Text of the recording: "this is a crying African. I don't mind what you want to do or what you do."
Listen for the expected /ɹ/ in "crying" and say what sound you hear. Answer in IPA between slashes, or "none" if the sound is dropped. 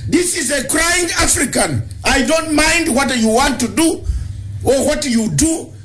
/ɹ/